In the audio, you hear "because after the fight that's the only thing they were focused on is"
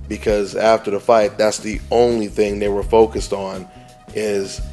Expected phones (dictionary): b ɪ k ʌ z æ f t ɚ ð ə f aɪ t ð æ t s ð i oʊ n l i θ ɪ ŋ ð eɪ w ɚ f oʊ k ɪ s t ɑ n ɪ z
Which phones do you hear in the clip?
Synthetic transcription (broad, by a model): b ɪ k ʌ z æ f t ɚ ð ə f aɪ t ð æ t s ð i oʊ n l i θ ɪ ŋ ð eɪ w ɚ f oʊ k ɪ s t n ɪ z